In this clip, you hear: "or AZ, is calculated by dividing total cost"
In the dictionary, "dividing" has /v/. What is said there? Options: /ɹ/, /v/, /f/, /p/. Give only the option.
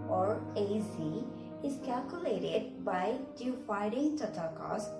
/f/